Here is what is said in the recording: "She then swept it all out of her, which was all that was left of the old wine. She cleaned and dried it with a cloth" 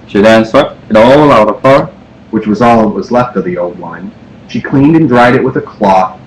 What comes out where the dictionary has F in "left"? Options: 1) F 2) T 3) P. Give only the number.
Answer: 1